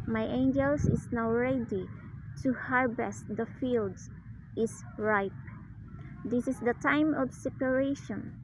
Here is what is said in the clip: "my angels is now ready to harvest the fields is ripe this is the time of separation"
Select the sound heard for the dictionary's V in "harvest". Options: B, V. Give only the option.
B